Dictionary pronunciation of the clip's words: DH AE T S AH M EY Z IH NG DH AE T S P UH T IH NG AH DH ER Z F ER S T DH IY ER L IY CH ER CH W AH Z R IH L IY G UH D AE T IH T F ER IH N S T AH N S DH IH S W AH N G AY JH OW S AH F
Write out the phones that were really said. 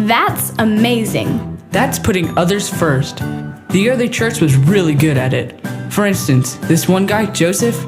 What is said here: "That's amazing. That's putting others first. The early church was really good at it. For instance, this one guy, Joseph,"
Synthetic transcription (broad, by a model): DH AE T S AH M EY Z IH NG DH AE T S P UH T IH NG AH DH ER Z F ER S T DH IY ER L IY CH ER CH W AH Z R IH L IY G UH D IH T IH T F ER IH N S T AH N S DH IH S W AH N G AY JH OW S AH F